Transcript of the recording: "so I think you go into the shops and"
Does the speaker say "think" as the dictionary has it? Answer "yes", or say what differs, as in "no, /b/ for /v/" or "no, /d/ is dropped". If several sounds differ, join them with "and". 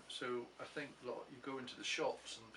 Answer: yes